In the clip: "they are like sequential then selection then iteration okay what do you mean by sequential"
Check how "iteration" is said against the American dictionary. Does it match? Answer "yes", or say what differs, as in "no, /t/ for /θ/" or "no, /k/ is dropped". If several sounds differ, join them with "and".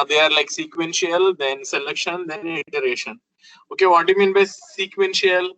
yes